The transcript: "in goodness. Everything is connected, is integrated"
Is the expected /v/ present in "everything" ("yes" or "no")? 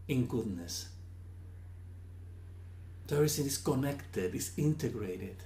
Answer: no